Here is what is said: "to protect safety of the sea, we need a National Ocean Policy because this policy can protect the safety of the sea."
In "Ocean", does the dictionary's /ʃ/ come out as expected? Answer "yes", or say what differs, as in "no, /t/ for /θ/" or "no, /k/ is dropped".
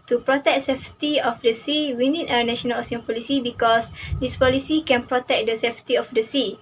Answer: no, /s/ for /ʃ/